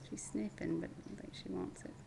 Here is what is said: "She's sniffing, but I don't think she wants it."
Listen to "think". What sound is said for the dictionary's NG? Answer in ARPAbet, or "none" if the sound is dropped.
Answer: none